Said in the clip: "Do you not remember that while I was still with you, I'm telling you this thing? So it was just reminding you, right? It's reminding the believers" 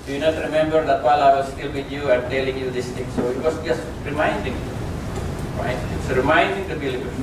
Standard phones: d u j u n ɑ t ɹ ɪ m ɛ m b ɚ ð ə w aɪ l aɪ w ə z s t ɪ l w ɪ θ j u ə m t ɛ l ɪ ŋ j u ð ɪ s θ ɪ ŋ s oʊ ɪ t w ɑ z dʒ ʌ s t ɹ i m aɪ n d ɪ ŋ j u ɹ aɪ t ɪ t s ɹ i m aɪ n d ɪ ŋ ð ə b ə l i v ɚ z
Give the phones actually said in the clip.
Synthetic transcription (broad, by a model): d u j u n ɑ t ɹ ɪ m ɛ m b ɚ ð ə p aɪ l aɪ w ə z s t ɪ l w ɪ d j u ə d t ɛ l ɪ ŋ j u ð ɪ s t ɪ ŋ s oʊ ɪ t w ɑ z dʒ ʌ s t ɹ i m aɪ n d ɪ ŋ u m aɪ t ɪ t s ɹ i m aɪ n d ɪ ŋ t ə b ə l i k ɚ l